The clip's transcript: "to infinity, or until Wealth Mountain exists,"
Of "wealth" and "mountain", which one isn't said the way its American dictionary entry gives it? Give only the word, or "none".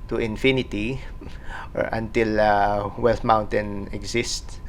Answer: wealth